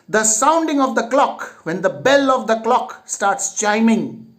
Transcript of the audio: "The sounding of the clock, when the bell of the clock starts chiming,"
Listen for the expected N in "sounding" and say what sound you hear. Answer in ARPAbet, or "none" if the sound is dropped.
N